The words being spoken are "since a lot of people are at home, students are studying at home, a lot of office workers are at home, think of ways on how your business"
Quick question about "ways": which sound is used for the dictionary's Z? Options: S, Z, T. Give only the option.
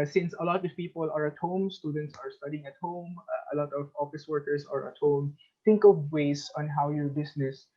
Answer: S